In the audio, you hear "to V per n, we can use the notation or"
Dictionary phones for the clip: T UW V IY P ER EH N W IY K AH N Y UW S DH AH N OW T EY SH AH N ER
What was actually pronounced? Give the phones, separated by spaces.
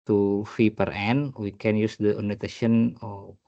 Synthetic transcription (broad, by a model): T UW F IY P ER EH N W IY K AH N Y UW S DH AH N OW T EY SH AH N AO